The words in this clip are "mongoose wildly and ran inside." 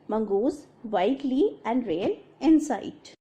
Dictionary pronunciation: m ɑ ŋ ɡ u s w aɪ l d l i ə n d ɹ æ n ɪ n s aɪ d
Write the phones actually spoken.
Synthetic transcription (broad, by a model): m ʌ ŋ ɡ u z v aɪ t l i ə n d ɹ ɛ l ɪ n s aɪ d